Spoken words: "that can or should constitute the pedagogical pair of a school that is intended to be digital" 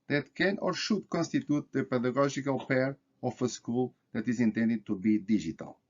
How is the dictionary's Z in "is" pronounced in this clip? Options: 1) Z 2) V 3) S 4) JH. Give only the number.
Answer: 1